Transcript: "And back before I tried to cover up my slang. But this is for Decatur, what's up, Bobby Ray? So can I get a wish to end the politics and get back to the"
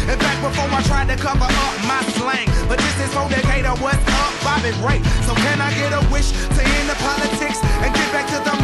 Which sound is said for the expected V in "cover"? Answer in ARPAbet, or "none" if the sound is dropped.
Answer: P